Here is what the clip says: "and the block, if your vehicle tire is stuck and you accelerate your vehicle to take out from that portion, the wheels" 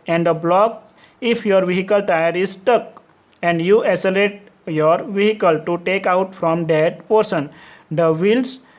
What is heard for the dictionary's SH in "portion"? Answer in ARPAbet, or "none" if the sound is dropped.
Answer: S